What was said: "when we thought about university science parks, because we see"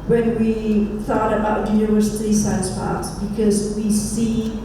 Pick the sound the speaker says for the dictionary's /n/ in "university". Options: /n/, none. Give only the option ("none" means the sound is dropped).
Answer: none